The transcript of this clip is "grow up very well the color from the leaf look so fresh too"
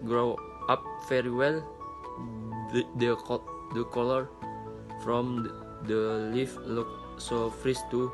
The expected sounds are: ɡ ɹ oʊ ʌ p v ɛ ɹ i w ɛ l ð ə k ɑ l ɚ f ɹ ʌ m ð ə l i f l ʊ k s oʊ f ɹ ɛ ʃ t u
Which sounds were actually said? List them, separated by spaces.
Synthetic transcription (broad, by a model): ɡ ɹ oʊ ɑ p f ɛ ɹ i w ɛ l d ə k ɑ l ɚ f ɹ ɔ m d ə l i f l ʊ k s oʊ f ɹ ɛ s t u